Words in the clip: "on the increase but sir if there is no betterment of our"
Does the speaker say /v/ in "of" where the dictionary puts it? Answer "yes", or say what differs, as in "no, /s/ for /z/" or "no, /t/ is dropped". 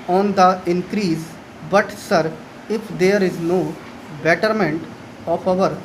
no, /p/ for /v/